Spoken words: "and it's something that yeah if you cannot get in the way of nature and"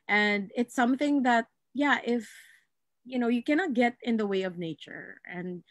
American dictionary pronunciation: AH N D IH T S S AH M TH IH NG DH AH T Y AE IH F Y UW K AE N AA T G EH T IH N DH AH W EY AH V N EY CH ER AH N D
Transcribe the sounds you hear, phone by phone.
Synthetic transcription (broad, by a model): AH N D IH T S S AH M TH IH NG DH AH T Y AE IH F Y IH K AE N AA T G EH T IH N DH AH W EY AH V N EY CH ER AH N